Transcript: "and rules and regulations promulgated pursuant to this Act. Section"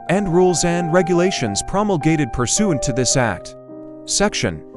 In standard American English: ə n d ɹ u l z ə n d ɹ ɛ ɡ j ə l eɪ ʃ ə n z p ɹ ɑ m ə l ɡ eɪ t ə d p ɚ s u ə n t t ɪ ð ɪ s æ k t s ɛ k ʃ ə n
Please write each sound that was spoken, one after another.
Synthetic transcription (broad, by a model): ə n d ɹ u l z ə n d ɹ ɛ ɡ j ə l eɪ ʃ ə n z p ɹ ɑ m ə l ɡ eɪ t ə d p ɚ s u n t t ɪ ð ɪ s æ k t s ɛ k ʃ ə n